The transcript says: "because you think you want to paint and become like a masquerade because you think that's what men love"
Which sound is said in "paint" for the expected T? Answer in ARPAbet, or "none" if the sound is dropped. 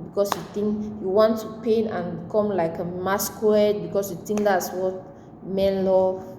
none